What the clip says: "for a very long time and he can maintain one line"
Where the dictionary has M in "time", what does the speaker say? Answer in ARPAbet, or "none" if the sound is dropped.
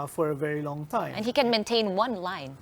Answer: none